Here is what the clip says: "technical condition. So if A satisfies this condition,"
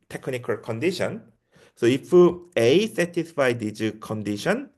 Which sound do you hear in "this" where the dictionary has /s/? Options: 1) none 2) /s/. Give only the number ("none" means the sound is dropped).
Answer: 1